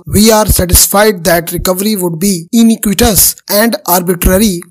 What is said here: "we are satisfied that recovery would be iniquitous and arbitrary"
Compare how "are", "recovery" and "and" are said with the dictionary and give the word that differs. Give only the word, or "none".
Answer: none